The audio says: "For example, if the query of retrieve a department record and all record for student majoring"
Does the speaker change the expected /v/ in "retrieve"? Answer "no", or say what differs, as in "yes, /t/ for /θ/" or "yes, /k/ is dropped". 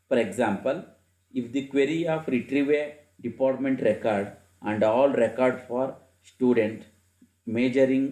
no